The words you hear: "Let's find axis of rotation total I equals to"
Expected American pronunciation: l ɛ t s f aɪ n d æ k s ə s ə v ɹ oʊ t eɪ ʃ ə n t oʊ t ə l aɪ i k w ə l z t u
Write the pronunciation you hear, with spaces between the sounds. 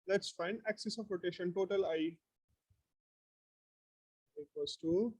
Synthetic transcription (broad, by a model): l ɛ t s f aɪ n d æ k s ə s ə p ɹ oʊ t eɪ ʃ ə n t oʊ t ə l aɪ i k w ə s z t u